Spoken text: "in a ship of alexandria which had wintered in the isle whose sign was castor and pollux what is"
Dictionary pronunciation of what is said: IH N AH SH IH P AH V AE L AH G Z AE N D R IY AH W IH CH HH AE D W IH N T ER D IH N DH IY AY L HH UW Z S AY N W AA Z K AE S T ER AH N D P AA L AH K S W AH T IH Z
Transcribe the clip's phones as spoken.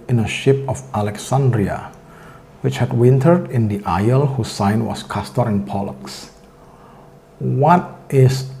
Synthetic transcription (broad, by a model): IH N AH SH IH P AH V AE L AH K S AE N D R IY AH W IH CH HH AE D W IH N T ER D IH N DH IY AY L HH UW S AY N W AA S K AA S T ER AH N P AA L AH K S W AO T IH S